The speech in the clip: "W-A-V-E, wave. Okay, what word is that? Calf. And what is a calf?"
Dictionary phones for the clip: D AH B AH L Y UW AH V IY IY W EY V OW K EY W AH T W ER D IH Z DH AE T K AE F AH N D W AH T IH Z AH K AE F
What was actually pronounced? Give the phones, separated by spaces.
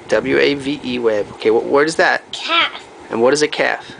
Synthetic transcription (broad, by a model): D AH B L Y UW AH V IY IY W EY B OW K EY W AH T W ER D IH Z DH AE T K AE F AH N W AH T IH Z AH K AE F